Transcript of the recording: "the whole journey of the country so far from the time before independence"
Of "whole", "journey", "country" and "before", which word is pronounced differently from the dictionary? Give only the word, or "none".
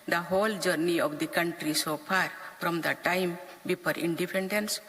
before